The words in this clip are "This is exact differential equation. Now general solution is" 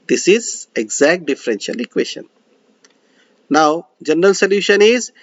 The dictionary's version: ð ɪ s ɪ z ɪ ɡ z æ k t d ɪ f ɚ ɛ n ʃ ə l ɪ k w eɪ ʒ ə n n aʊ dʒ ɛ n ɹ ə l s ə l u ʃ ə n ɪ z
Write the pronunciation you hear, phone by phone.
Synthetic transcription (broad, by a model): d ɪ s ɪ z ɪ ɡ z æ k t d ɪ f ɚ ɛ n ʃ ə l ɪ k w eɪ ʃ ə n n aʊ dʒ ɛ n ɹ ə l s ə l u ʃ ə n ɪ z